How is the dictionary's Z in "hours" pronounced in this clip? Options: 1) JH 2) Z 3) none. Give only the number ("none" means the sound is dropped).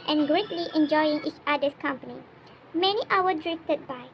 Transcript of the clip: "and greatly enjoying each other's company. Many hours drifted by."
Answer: 3